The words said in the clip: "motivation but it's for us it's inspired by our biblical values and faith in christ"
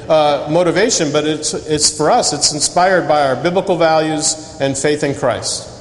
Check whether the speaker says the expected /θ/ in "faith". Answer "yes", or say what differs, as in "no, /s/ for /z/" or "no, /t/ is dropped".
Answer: yes